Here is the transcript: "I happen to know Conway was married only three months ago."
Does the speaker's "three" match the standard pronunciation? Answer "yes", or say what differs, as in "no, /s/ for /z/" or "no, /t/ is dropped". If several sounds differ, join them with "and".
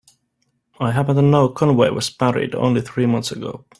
yes